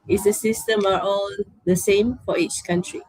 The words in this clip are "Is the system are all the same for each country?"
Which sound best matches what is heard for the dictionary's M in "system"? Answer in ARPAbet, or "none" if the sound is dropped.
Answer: M